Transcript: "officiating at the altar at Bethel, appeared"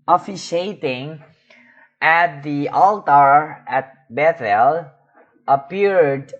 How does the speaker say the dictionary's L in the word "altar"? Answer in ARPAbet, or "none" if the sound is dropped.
L